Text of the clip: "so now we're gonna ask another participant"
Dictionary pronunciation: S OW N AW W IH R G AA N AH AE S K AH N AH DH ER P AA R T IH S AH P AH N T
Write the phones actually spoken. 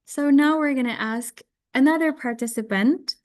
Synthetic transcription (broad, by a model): S OW N AW W IH R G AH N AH AE S K AH N AH DH ER P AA R T IH S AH P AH N T